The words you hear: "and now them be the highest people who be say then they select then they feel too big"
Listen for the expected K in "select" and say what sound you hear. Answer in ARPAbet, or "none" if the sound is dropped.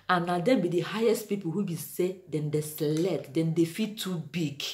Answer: none